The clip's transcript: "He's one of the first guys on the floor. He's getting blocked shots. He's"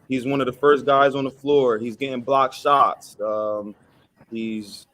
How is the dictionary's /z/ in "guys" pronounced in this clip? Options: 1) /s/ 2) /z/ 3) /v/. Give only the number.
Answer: 2